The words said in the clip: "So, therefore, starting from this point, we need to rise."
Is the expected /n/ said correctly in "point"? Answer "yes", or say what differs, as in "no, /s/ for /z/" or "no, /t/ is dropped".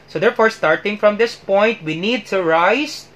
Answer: yes